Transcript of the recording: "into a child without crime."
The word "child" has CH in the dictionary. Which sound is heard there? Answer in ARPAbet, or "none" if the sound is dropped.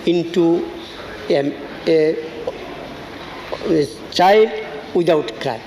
CH